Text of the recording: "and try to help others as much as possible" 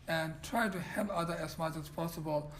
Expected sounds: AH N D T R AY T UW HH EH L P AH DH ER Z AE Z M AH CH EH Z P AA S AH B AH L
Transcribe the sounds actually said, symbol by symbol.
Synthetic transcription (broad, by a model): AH N T R AY T UW HH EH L AH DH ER AE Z M AH CH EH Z P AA S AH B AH L